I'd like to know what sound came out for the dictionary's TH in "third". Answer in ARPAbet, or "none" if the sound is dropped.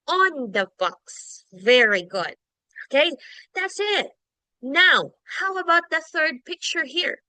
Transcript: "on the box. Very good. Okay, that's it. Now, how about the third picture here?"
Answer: TH